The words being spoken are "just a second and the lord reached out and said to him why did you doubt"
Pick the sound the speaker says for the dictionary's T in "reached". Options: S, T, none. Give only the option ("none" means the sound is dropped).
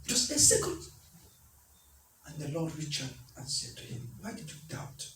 none